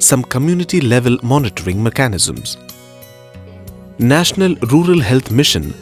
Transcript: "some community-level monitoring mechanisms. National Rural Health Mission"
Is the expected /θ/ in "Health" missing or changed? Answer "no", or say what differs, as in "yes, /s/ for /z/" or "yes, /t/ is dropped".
yes, /t/ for /θ/